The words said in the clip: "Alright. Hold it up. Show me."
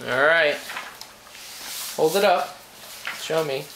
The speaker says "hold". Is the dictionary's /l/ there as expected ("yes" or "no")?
yes